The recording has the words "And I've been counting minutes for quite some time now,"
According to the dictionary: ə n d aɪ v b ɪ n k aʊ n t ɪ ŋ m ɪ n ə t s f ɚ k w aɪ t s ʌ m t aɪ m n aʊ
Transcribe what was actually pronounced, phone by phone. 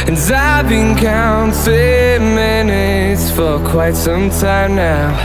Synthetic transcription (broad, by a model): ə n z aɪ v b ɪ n k aʊ n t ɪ m ɪ n ə t s f ɚ k w aɪ t s ʌ m t aɪ m n aʊ